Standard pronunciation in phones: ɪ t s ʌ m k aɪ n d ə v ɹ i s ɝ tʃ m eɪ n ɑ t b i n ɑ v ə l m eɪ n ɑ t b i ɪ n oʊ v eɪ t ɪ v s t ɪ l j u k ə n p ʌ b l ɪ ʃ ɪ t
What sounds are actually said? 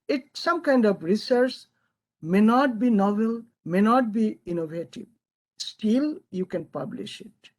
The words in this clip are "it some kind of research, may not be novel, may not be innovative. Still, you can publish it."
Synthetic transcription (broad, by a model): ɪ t s ʌ m k aɪ n d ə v ɹ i s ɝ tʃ m eɪ n ɑ t b i n ɑ v ə l m eɪ n ɑ t b i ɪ n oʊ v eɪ t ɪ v s t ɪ l j u k ə n p ʌ b l ɪ ʃ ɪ t